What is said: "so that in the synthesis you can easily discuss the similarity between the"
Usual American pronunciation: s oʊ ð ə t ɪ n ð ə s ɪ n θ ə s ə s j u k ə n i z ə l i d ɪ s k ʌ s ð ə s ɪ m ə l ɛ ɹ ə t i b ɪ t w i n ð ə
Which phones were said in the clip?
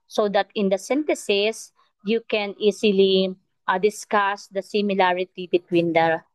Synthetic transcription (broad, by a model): s oʊ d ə t ɪ n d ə s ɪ n t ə s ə s j u k ə n i s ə l i d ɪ s k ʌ s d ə s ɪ m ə l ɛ ɹ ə t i b ɪ t w i n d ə